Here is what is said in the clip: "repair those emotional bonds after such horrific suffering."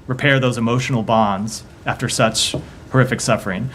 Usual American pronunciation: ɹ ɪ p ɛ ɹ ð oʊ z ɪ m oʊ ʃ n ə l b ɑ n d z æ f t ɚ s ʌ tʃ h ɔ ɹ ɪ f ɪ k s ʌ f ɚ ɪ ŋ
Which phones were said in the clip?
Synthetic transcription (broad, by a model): ɹ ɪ p ɛ ɹ ð oʊ z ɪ m oʊ ʃ n l b ɑ n d z æ f t ɚ s ʌ tʃ h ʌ ɹ ɪ f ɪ k s ʌ f ɚ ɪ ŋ